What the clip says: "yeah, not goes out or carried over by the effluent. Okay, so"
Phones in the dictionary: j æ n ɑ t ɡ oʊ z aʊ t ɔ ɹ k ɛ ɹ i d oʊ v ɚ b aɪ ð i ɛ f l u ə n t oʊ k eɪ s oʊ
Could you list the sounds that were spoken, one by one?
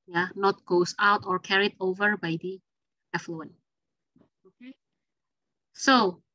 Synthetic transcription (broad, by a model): j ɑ n ɑ t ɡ oʊ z aʊ t ɔ ɹ k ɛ ɹ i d oʊ v ɚ b aɪ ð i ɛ f l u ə n oʊ k eɪ s oʊ